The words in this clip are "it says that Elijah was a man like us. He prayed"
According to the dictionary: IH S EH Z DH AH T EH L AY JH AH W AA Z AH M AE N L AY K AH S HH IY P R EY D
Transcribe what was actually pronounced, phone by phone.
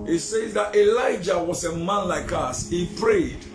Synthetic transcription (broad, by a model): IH S EH Z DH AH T EH L AY JH AH W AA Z AH M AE N L AY K AH S HH IY P R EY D